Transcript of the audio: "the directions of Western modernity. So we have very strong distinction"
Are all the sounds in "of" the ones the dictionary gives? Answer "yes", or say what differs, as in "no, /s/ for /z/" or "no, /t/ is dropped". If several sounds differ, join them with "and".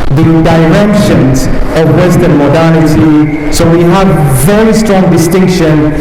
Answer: yes